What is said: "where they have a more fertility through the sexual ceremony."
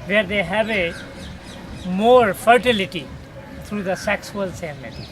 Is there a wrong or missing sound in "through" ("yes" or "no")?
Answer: yes